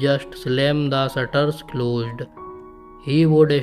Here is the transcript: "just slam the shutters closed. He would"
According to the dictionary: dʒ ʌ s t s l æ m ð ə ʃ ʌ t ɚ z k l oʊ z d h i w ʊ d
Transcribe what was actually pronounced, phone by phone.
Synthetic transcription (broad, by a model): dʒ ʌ s t s l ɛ m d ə s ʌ t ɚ s k l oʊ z d h i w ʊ d